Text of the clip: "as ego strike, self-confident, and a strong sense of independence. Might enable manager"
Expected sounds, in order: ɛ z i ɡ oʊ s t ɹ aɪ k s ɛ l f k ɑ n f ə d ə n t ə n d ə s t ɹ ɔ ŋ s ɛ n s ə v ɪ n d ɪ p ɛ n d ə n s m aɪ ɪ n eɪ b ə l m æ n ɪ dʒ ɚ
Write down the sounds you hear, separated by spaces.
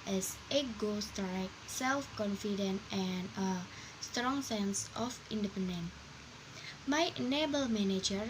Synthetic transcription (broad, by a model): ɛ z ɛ ɡ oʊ s t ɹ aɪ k s ɛ l f k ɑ n f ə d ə n t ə n ə s t ɹ ɔ ŋ s ɛ n s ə f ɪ n d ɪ p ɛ n d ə n m aɪ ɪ n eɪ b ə l m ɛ n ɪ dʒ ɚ